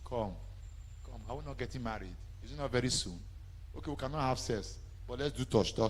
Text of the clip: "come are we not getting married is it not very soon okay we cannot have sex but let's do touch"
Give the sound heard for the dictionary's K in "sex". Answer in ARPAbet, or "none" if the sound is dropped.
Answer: none